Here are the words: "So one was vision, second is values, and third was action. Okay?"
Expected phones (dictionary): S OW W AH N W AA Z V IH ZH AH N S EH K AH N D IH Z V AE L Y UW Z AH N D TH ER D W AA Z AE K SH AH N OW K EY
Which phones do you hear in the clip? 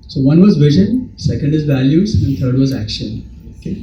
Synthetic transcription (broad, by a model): S OW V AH N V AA Z V IH ZH AH N S EH K AH N D IH Z V AE L Y UW Z AH N D T ER D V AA Z AE K SH AH N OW K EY